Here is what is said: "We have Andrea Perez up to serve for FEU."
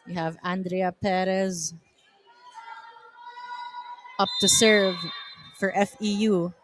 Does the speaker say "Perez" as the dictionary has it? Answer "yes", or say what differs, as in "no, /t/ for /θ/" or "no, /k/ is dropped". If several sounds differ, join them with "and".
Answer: yes